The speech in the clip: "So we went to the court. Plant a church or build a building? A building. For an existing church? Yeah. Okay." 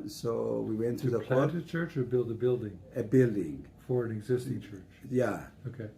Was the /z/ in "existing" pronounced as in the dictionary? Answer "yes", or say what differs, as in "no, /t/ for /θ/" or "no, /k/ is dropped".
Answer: yes